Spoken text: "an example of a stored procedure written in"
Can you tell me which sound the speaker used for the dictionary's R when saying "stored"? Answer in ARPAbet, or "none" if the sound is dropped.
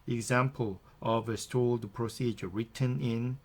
L